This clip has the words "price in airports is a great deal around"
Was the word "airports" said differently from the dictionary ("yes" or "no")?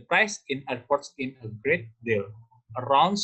no